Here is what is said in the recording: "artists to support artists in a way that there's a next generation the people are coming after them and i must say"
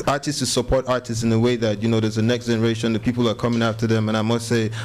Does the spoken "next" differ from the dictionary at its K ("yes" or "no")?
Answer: no